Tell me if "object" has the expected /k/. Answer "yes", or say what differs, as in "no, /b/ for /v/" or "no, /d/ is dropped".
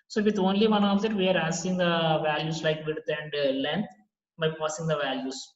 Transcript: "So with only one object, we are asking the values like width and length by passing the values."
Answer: no, /k/ is dropped